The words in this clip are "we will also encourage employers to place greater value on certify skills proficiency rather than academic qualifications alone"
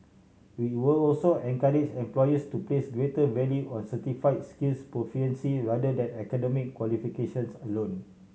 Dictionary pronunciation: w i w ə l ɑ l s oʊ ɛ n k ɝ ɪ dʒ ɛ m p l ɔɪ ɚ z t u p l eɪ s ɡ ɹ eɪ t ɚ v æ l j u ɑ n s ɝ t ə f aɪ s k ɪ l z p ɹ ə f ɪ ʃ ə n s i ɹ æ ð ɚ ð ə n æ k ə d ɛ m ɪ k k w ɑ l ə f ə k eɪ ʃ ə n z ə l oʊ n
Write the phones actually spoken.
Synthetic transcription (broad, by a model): w i w ə l ɑ l s oʊ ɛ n k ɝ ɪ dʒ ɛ m p l ɔɪ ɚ s t u p l eɪ s ɡ ɹ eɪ t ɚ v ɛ l j u ɑ n s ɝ t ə f aɪ s k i l s p ɹ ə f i ə n s i ɹ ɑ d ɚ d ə n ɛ k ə d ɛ m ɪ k k w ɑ l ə f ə k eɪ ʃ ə n s ə l oʊ n